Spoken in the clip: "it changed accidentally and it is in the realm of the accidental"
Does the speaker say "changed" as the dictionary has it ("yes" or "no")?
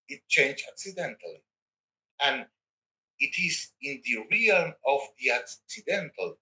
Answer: no